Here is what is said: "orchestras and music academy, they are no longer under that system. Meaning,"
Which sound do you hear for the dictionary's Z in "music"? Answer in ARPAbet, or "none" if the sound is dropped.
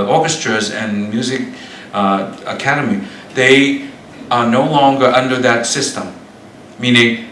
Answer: Z